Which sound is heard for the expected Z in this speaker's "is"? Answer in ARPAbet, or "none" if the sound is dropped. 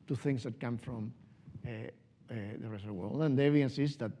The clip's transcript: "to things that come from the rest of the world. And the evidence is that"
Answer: S